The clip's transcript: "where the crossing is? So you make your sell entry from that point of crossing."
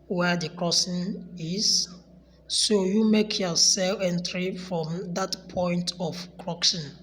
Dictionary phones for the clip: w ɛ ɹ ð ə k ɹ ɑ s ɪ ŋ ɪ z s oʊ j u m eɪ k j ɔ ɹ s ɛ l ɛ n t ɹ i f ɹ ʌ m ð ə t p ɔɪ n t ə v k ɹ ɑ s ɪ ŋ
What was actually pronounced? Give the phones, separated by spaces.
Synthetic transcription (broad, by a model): w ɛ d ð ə k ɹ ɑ s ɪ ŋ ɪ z s oʊ j u m eɪ k j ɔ s ɛ l ɛ n t ɹ i f ɹ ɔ m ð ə t p ɔɪ n t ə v k ɹ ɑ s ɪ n